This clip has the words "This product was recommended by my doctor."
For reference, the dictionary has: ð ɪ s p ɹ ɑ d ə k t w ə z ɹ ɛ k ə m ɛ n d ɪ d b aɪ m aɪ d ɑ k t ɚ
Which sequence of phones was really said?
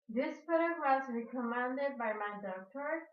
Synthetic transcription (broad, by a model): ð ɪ s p ʊ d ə t w ə z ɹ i k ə m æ n d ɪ d b aɪ m aɪ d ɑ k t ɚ